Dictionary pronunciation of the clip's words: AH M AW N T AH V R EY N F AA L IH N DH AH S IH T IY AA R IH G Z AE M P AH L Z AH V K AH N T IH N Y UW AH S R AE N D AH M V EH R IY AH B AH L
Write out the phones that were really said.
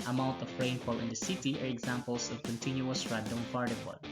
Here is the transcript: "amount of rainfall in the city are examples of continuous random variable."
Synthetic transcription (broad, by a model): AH M AW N T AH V R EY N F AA L IH N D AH S IH T IY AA R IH G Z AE M P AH L S AH V K AH N T IH N Y UW AH S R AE D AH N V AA R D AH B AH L